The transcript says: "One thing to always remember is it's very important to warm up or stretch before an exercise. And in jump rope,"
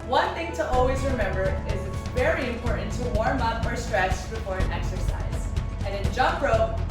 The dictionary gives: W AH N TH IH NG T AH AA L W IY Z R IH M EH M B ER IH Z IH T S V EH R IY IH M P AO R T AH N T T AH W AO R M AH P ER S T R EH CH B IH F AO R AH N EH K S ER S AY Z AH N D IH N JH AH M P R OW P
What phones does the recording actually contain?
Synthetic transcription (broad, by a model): W AH N TH IH NG T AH AA L W IY Z R IH M EH M B ER IH Z IH T S V EH R IY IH M P AO R T N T T AH W AO R M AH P ER S T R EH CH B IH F AO R AH N EH K S ER S AY Z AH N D IH N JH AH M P R OW